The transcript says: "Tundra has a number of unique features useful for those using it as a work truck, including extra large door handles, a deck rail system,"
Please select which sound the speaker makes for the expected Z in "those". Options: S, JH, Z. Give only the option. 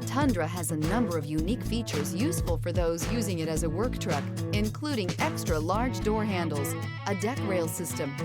Z